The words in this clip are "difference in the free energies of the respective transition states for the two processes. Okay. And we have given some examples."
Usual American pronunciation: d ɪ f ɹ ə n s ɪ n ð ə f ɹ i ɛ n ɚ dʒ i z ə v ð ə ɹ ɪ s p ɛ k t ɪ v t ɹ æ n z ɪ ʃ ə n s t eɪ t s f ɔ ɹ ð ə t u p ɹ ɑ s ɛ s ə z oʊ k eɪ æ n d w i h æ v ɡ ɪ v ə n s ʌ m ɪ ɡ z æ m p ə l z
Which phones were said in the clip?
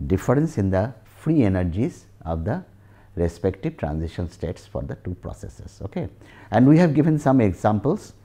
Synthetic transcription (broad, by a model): d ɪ f ɹ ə n s ɪ n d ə f ɹ i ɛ n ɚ dʒ i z ə v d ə ɹ ɪ s p ɛ k t ɪ v t ɹ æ n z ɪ ʃ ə n s t eɪ t s f ɔ ɹ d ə t u p ɹ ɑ s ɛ s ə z oʊ k eɪ æ n d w i h æ v ɡ ɪ v ə n s ʌ m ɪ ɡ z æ m p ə l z